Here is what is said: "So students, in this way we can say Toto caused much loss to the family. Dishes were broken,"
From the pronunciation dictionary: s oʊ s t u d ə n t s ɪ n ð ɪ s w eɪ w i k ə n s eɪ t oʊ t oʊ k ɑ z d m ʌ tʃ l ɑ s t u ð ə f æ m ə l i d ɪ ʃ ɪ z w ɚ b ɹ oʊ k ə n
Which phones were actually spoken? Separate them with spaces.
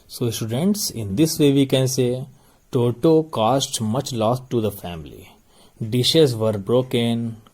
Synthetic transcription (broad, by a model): s oʊ s t u d ə n t s ɪ n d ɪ s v eɪ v i k ə n s eɪ t oʊ t oʊ k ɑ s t m ʌ tʃ l ɑ s t u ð ə f æ m ə l i d ɪ ʃ ɪ z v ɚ b ɹ oʊ k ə n